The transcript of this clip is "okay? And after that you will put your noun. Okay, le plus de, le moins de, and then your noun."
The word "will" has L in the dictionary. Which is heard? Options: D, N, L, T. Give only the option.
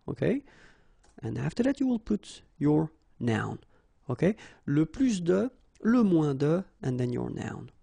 L